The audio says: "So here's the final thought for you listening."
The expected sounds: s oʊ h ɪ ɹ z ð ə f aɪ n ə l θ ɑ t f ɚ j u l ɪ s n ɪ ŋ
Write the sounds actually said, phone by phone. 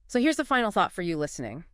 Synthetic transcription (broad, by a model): s oʊ h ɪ ɹ z ð ə f aɪ n l θ ɑ t f ɚ j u l ɪ s n ɪ ŋ